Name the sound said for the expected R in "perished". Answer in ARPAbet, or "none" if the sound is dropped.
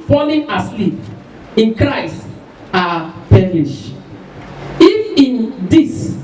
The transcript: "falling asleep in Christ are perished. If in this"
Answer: L